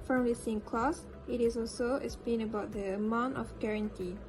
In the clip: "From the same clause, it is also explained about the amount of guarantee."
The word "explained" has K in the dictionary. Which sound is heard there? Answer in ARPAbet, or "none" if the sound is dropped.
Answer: none